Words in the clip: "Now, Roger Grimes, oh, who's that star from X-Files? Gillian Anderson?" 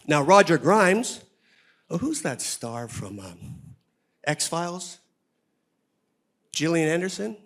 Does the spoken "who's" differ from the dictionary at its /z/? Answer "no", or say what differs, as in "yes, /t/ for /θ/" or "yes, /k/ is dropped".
no